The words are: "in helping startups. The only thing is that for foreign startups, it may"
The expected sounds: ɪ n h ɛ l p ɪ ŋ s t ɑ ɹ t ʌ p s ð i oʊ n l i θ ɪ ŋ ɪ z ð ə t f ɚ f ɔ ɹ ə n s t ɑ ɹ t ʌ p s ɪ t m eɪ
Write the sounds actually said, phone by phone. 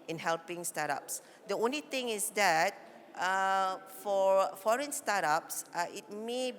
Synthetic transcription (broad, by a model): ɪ n h ɛ l p ɪ ŋ s t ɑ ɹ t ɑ p s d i oʊ n l i t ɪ ŋ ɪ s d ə t f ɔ f ɔ ɹ ə n s t ɑ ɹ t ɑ p s ɪ t m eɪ